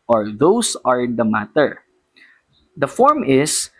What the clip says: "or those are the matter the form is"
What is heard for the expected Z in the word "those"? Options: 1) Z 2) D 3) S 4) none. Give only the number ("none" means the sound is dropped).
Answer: 3